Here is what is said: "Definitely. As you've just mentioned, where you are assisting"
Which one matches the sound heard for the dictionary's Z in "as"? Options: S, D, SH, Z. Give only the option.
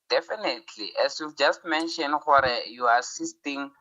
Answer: S